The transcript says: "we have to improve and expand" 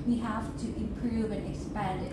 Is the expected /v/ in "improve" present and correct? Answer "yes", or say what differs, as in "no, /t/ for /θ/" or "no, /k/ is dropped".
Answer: yes